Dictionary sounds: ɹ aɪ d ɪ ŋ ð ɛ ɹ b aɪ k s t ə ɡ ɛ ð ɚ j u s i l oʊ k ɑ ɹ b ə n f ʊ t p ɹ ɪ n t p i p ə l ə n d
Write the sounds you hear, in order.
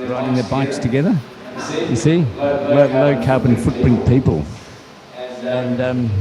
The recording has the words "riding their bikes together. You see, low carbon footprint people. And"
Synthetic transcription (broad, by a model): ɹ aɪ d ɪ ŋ ð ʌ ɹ b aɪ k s t ə ɡ ɛ ð ɚ j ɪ s i l oʊ k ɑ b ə n f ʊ t b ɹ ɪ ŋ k p i p ə l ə n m